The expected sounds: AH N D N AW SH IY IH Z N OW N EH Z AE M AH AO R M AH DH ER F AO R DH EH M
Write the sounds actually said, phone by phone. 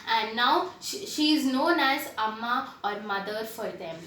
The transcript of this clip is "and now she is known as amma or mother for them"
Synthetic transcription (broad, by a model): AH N D N AW SH IY IH Z N OW N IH S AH M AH AO R M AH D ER F AO R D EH M